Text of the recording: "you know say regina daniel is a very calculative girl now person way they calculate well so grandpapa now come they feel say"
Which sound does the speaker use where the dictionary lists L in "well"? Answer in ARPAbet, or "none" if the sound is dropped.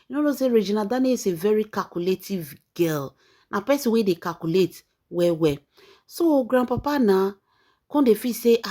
W